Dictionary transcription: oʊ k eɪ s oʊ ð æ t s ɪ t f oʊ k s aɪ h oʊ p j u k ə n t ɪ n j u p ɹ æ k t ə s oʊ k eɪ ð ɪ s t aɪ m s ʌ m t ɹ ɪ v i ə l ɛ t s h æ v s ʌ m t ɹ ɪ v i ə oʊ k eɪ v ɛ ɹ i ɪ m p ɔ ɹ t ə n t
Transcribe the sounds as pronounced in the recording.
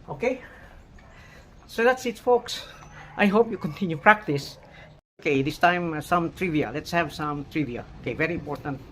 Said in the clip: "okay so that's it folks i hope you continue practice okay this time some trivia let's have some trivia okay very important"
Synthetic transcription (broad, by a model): oʊ k eɪ s oʊ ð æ t s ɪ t f oʊ k s aɪ h oʊ p j u k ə n t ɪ n j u p ɹ æ k t ə s oʊ k eɪ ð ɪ s t aɪ m s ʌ m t ɹ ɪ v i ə l ɛ t s h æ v s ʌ m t ɹ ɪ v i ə oʊ k eɪ v ɛ ɹ i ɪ m p ɔ ɹ t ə n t